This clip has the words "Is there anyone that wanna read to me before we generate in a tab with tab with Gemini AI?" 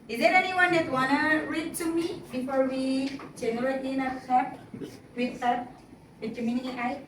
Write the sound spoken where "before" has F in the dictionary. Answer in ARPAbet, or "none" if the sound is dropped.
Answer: F